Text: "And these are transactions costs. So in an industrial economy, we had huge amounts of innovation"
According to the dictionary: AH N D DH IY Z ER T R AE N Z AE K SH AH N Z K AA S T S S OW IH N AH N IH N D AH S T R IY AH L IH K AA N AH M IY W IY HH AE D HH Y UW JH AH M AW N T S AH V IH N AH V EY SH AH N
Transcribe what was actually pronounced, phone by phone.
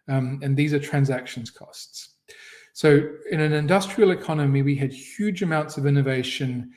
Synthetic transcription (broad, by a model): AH N DH IY Z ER T R AE N Z AE K SH AH N Z K AA S T S S OW IH N AH N IH N D AH S T R IY AH L IH K AA N AH M IY W IY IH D HH Y UW JH AH M AW N T S AH V IH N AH V EY SH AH N